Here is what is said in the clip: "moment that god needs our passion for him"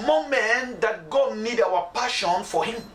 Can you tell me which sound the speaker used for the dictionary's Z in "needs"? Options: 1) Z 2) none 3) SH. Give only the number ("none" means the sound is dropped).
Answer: 2